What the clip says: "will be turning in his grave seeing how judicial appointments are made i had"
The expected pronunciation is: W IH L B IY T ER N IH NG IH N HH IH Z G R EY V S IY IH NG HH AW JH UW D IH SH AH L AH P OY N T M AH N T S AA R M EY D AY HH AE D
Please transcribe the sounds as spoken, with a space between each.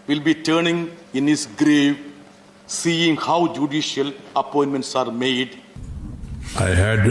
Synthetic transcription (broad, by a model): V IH L B IY T ER N IH NG IH N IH S G R EY V S IY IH NG HH AW JH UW D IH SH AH L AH P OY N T M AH N T S AA R M EY D AY HH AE D